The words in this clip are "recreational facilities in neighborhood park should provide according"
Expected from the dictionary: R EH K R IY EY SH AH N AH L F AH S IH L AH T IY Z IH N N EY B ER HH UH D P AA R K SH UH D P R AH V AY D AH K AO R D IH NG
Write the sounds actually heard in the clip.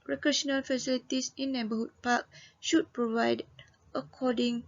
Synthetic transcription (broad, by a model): R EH K R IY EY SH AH N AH L F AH S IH L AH T IY S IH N N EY B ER HH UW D P AA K SH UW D P R AH V AY D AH K AO D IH NG